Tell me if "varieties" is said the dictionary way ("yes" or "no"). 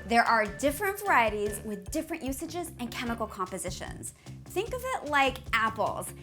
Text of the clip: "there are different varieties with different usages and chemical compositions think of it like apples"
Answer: yes